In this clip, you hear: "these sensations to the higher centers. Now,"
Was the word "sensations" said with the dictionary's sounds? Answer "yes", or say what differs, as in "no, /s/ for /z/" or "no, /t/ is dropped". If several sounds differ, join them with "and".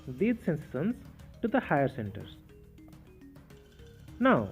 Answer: no, /s/ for /ʃ/ and /s/ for /z/